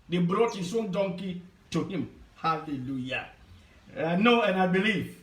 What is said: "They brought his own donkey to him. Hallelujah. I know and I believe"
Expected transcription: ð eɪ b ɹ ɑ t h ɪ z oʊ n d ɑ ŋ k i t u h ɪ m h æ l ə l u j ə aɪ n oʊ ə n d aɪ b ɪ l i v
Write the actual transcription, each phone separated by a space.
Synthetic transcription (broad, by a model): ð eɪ b ɹ ɑ t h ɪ s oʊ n d ɑ ŋ k i t u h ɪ m h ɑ l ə l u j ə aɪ n oʊ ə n aɪ b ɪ l i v